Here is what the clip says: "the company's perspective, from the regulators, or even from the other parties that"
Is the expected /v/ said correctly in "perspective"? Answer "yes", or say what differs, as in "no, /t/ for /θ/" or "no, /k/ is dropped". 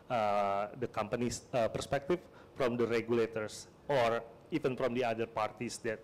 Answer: no, /f/ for /v/